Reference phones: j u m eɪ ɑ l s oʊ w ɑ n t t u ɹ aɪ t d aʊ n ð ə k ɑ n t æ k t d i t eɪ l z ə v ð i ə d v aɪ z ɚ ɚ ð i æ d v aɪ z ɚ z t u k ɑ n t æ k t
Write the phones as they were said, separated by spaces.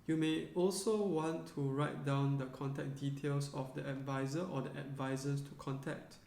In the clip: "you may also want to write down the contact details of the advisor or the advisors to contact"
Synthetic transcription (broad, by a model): j u m eɪ ɑ l s oʊ w ɑ n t t u ɹ aɪ t d aʊ n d ə k ɑ n t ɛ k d i t eɪ l s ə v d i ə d v aɪ z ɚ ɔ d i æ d v aɪ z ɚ s t u k ɑ n t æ k t